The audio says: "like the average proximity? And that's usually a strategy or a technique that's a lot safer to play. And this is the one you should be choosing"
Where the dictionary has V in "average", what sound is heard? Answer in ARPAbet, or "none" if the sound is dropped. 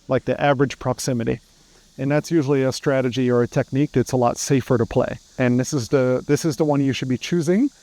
V